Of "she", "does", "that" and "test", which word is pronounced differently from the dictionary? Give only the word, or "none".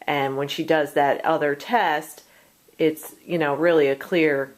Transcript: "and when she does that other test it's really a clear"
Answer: none